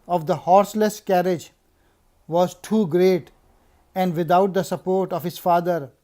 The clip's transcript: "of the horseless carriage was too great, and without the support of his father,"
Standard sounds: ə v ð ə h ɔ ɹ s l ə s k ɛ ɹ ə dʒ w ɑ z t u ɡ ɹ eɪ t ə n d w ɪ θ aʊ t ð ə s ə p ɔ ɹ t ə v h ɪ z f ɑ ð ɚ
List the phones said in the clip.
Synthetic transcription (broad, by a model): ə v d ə h ɔ ɹ s l ə s k ɛ ɹ ə dʒ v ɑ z t u ɡ ɹ eɪ t ə n d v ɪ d aʊ t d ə s ə p ɔ ɹ t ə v h ɪ z f ɑ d ɚ